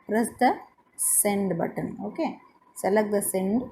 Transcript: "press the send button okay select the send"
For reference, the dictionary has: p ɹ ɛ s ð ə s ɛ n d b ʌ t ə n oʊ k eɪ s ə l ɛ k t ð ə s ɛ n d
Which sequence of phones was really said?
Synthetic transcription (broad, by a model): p ɹ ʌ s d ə s ɛ n d b ʌ t ə n oʊ k eɪ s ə l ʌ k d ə s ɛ n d